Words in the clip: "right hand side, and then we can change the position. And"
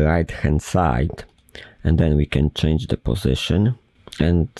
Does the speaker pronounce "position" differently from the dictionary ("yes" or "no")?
no